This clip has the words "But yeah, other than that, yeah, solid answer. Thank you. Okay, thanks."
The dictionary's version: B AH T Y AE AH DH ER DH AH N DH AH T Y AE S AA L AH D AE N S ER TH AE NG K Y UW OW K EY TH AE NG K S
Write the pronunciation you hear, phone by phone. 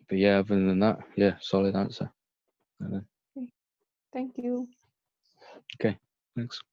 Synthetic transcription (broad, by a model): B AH T Y AE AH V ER DH AH N DH AH T Y AE S AA L AH D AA N S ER TH AE NG K Y UW OW K EY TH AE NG K S